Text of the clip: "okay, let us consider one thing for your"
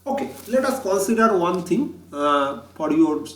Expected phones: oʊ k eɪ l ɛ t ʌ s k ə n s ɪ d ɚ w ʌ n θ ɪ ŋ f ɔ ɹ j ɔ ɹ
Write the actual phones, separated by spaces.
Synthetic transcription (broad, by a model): oʊ k eɪ l ɛ t ʌ s k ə n s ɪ d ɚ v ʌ n t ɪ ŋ p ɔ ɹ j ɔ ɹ